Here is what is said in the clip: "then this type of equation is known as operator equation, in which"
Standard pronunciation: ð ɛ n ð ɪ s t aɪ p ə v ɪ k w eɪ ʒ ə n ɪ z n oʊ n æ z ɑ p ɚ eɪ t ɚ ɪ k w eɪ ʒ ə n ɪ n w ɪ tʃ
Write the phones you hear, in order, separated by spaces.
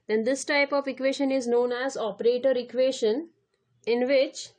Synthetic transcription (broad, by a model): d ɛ n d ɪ s t aɪ p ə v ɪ k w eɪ ʃ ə n ɪ z n oʊ n æ z ɑ p ɚ eɪ t ɚ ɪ k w eɪ ʃ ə n ɪ n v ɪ tʃ